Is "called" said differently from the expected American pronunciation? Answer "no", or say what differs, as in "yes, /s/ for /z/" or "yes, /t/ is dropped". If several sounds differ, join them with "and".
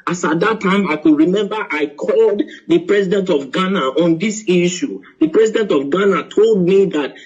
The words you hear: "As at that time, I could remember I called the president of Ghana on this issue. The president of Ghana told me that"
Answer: no